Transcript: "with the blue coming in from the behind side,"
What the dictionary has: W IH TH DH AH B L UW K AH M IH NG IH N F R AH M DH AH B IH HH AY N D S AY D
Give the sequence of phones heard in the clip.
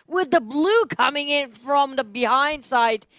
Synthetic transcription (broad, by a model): W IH DH AH B L UW K AH M IH NG IH N F R AH M DH AH B IH HH AY N D S AY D